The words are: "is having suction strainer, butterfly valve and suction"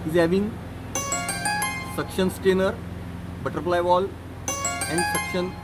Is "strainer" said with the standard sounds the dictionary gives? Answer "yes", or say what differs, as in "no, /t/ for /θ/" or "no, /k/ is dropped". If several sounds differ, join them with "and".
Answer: no, /ɹ/ is dropped